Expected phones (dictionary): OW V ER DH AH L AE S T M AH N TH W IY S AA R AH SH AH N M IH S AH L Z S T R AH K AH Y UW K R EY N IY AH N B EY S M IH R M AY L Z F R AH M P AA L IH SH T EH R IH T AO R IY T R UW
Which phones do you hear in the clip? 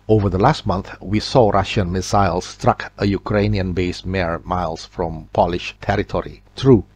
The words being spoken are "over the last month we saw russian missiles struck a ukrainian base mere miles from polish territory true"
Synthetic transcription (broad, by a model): OW V ER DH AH L AE S T M AH N TH W IY S AA R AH SH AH N M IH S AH L S T R AH K AH Y UW K R EY N IY AH N B EY S M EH R M AY L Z F R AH M P AA L IH SH T EH R IH T AO R IY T R UW